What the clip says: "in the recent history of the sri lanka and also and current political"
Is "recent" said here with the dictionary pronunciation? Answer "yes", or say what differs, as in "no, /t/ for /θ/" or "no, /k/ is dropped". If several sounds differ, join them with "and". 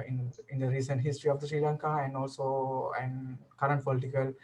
yes